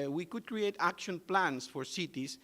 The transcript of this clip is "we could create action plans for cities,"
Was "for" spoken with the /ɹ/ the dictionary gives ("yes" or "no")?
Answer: yes